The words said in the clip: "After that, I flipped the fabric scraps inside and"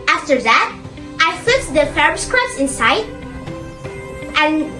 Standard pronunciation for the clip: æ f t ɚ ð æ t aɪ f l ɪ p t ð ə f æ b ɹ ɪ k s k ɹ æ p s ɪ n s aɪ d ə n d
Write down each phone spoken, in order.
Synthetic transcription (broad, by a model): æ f t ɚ ð æ t aɪ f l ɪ t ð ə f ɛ ɹ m s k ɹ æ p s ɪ n s aɪ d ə n